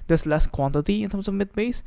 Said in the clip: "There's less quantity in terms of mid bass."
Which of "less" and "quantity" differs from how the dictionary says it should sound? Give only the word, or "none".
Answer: none